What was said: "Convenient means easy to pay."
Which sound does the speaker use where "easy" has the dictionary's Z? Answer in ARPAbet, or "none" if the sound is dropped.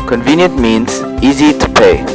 Z